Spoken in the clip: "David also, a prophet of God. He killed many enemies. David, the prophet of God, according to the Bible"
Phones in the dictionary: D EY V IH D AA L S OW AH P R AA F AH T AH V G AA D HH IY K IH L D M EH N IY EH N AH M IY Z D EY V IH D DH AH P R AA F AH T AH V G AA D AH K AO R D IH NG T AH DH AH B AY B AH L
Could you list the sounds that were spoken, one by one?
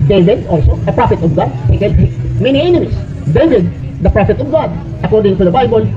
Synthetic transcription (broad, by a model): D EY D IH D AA L S OW AH P R AA F AH T AH V G AA D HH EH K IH D M EH N IY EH N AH M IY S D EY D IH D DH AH P R AA F AH T AH V G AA D AH K AO R D IH NG T AH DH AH B AY B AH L